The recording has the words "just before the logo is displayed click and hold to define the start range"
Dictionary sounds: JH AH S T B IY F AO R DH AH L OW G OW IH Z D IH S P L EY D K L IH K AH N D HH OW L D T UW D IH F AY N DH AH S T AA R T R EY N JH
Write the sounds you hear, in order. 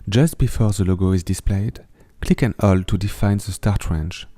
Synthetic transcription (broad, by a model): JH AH S T B IY F AO R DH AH L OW G OW IH Z D IH S P L EY D K L IH K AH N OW L T UW D IH F AY N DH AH S T AA R T R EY N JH